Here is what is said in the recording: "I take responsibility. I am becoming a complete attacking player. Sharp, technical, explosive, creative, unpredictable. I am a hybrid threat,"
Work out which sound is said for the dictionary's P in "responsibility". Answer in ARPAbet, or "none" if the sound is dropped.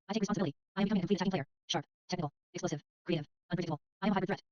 none